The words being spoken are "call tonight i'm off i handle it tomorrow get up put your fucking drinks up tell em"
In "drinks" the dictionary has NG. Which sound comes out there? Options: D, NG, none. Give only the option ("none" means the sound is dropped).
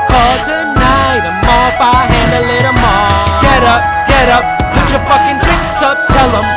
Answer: none